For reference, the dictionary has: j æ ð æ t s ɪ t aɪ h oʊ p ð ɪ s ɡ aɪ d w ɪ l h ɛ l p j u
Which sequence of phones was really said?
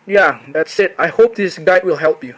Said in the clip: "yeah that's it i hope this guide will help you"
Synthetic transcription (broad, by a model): j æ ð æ t s ɪ t aɪ h oʊ p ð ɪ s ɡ aɪ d w ɪ l h ɛ l p j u